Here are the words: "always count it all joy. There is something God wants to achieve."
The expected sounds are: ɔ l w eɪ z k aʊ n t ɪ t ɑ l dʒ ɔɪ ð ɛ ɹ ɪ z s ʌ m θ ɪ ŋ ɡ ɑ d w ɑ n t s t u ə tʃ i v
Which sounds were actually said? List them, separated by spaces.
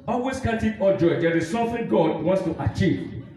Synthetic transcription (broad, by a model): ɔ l w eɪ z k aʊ t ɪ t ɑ dʒ ɔɪ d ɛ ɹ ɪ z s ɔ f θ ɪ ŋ ɡ ɑ d w ɑ n t s t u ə tʃ i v